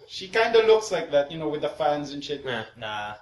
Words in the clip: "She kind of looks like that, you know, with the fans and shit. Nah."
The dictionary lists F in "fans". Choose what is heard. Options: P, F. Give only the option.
F